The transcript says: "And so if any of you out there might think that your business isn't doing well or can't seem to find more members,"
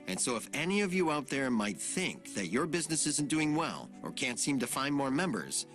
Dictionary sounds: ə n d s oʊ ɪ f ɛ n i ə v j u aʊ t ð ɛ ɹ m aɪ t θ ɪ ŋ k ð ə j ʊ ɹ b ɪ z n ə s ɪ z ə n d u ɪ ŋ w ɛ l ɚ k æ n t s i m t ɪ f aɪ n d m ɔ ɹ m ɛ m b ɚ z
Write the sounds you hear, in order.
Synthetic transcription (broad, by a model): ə n s oʊ ɪ f ɛ n i ə v j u aʊ t ð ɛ ɹ m aɪ t θ ɪ ŋ k ð ə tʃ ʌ ɹ b ɪ z n ə s ɪ z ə n d u ɪ ŋ w ɛ l ɚ k æ n t s i m t ɪ f aɪ n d m ɔ ɹ m ɛ m b ɚ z